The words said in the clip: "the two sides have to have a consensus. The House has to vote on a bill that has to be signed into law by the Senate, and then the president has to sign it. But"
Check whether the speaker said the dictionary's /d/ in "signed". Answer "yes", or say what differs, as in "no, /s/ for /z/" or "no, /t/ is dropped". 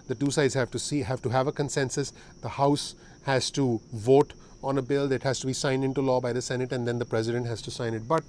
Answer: yes